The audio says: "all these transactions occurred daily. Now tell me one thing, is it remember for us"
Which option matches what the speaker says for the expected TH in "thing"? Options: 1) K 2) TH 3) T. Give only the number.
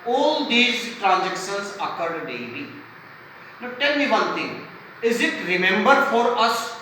3